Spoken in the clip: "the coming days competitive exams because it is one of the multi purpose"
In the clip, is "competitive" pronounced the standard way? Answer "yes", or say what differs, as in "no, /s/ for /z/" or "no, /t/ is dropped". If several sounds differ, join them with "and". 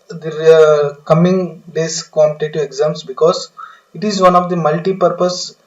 no, /v/ is dropped